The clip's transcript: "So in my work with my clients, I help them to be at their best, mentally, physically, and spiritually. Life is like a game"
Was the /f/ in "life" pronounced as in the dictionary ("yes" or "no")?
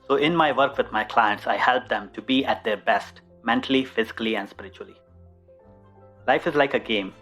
yes